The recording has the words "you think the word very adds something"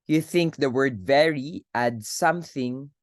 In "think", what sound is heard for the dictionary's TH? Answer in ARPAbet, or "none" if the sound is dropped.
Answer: TH